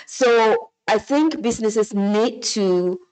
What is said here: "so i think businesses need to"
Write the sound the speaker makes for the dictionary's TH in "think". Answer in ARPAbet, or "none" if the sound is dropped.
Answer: TH